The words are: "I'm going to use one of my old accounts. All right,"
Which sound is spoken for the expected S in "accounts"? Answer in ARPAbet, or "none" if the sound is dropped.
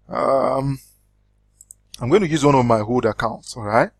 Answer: S